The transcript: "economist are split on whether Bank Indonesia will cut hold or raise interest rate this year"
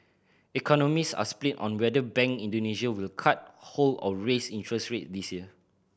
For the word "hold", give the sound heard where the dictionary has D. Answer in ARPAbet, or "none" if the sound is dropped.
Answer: none